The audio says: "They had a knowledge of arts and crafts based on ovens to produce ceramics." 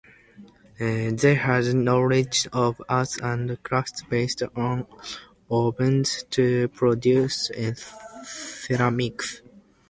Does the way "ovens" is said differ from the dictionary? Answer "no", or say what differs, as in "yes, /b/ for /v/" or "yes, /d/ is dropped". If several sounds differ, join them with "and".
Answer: yes, /b/ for /v/